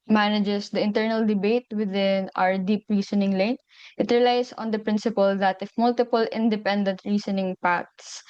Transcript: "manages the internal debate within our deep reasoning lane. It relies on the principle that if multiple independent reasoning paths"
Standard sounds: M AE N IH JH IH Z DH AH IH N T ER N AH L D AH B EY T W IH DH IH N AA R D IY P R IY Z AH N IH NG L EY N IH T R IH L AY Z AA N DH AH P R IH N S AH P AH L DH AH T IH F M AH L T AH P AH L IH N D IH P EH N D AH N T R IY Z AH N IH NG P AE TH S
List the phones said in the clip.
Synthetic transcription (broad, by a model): M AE N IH JH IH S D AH IH N T ER N AH L D AH B EY T W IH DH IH N AA R D IY P R IY S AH N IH NG L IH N IH T R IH L AY S AA N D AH P R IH N S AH P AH L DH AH T IH F M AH L T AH P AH L IH N D IH P EH N D AH N T R IY S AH N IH NG P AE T S